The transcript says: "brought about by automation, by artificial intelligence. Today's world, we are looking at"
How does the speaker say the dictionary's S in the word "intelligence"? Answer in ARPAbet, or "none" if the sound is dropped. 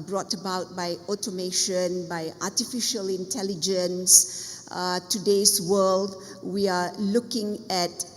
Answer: S